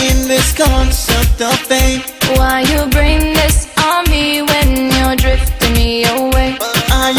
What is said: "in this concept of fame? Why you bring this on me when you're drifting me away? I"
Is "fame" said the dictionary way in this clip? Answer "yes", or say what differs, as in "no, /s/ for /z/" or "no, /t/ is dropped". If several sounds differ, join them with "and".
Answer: no, /p/ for /f/